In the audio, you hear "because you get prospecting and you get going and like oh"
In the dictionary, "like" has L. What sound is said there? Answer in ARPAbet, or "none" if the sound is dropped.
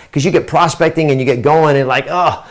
L